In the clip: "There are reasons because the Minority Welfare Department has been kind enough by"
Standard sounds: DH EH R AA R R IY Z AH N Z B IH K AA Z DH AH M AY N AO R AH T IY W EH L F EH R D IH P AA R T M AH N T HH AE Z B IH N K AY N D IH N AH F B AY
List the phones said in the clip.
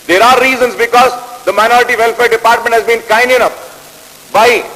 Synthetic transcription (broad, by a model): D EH R AA R R IY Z AH N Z B IH K AA Z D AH M AY N AO R AH T IY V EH L F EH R D IH P AA R T M AH N T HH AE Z B IH N K AY N D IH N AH P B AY